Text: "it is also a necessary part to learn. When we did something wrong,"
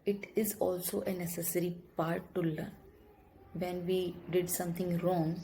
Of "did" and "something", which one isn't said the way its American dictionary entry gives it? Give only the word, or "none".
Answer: something